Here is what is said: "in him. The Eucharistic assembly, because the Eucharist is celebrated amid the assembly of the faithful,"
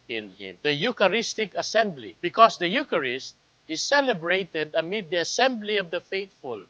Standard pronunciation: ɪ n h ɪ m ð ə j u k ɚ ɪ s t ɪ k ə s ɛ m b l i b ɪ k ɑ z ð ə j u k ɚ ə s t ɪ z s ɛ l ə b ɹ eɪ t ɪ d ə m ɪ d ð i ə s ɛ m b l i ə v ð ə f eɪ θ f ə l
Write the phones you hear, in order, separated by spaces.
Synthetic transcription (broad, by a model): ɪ n h ɪ m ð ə j u k ɚ ɪ s t ɪ k ə s ɛ m b l i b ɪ k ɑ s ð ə j u k ɚ ə s t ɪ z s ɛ l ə b ɹ eɪ t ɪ d ə m ɪ d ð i ə s ɛ m b l i ə v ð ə f eɪ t f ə l